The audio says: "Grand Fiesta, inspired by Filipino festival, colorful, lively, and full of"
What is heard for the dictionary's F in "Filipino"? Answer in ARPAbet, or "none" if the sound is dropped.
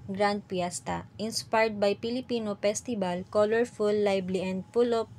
P